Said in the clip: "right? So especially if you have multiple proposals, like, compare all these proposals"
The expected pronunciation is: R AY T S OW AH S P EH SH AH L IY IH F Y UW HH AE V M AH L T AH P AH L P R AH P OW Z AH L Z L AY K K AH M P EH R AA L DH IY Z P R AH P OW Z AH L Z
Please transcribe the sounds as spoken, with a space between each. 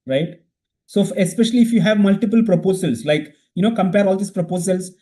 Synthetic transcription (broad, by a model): R AY T S OW AH S P EH SH AH L IY IH F Y UW HH AE V M AH L T AH P AH L P R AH P OW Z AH L S L AY K K AH M P EH R AA L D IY S P R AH P OW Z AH L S